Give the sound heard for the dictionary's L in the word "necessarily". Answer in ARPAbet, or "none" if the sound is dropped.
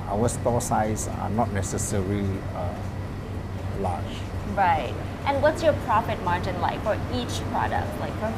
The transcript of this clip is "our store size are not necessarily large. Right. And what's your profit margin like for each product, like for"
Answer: none